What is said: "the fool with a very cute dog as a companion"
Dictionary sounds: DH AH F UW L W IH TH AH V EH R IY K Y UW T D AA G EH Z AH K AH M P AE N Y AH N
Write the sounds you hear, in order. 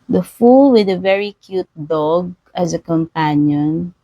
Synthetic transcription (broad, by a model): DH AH F UW L W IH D AH V EH R IY K Y UW T D AA G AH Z AH K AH M P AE N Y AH N